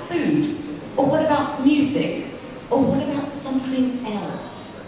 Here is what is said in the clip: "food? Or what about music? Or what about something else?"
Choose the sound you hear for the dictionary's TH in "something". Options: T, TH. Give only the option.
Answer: TH